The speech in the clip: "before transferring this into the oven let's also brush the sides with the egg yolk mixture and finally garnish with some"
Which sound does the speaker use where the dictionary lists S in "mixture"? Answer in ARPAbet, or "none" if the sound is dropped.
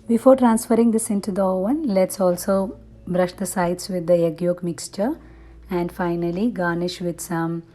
S